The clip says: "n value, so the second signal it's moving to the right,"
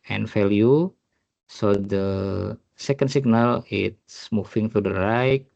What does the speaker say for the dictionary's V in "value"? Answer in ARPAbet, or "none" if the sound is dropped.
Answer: F